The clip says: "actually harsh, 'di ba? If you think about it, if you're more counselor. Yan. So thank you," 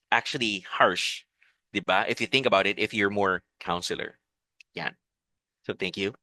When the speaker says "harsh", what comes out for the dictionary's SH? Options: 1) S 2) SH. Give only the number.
2